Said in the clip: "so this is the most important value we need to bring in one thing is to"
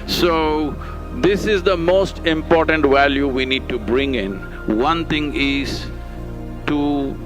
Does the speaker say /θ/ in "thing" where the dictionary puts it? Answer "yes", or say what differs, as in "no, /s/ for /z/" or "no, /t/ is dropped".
no, /t/ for /θ/